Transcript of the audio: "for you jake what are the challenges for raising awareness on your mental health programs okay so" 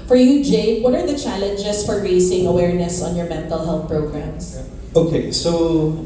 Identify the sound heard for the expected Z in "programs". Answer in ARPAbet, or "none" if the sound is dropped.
S